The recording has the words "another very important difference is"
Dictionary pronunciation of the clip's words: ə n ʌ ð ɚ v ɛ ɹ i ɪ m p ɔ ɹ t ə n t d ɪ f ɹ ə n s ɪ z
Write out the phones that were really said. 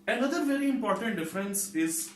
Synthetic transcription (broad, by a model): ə n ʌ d ɚ v ɛ ɹ i ɪ m p ɔ ɹ t ə n t d ɪ f ɹ ə n s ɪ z